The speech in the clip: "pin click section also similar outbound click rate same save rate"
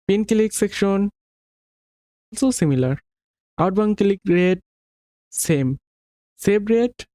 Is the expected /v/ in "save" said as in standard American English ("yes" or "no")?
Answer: no